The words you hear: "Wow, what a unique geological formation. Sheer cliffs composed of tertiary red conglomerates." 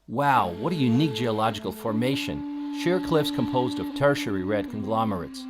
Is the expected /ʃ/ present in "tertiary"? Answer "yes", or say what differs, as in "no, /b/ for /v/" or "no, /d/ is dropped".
yes